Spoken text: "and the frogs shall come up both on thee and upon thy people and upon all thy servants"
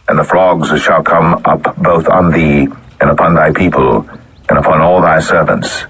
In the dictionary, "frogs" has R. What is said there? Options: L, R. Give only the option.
L